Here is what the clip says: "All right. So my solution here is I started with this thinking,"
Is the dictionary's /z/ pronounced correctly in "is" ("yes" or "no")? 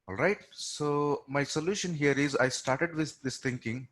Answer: yes